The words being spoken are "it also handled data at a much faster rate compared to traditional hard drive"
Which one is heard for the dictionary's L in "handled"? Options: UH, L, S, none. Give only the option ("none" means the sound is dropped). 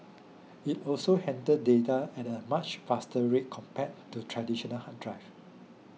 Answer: none